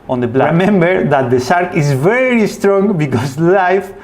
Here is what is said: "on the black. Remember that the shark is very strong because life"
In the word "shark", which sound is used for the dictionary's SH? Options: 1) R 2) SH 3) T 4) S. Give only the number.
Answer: 4